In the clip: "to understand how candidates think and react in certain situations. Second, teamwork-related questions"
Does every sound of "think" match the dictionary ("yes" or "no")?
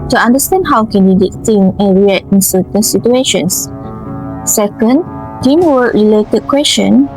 no